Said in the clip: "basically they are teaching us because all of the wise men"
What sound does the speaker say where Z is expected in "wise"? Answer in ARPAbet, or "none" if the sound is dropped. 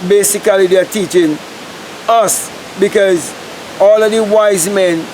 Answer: Z